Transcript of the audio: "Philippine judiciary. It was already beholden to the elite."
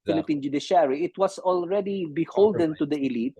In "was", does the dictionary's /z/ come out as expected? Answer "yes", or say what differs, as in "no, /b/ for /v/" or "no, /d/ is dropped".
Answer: no, /s/ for /z/